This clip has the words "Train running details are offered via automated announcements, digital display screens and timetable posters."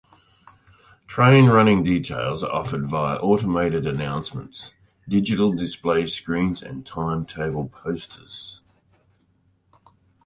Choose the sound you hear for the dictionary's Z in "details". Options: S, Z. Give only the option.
Z